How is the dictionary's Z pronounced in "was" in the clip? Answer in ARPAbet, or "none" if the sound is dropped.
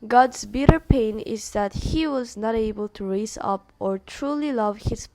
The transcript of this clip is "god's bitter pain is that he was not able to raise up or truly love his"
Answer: Z